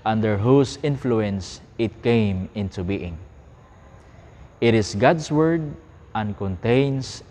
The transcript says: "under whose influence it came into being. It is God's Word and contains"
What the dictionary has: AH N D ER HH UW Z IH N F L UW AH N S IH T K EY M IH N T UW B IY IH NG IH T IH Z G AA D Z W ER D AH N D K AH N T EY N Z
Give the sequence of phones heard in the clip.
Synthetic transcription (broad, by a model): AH N D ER HH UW S IH N F L UW AH N S IH T K EY M IH N T UW B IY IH NG IH T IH S G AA D S W ER D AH N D K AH N T EY N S